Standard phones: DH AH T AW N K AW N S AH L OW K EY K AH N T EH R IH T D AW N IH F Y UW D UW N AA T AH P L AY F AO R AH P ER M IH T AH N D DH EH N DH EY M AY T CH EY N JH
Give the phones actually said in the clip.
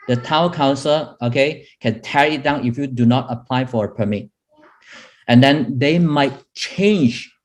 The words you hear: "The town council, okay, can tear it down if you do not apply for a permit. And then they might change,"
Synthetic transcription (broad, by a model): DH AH T AW K AW N S AH L OW K EY K AH N T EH R IH T D AW N IH F Y UW D UW N AA T AH P L AY F AO R AH P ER M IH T AH N D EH N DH EY M AY T CH EY N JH